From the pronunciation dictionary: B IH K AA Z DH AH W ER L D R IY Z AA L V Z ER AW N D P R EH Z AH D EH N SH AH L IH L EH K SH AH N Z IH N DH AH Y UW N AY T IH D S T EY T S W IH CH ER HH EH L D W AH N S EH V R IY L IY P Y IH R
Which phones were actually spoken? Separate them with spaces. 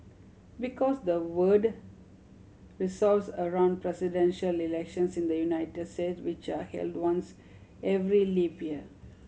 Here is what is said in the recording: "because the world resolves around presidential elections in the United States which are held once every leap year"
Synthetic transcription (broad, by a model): B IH K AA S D AH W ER D R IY S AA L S ER AW N D P R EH S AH D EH N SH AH L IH L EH K SH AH N S IH N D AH Y UW N AY T IH D S T EY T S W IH CH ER HH EH L D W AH N S EH V R IY L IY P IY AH